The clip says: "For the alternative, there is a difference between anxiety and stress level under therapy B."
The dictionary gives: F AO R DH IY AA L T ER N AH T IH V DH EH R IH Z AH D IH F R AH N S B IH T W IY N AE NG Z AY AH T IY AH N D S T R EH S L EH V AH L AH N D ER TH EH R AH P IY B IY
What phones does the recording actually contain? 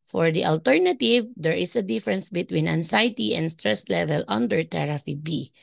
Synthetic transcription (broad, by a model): F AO R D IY AA L T ER N AH T IH V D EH R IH S AH D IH F R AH N S B IH T W IY N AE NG S AY T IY AH N D S T R EH S L EH V AH L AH N D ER T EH R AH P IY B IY